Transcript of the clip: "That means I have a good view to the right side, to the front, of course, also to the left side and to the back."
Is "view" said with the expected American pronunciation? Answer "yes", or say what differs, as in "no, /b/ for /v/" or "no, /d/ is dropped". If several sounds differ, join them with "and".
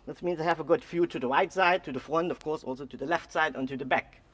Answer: no, /f/ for /v/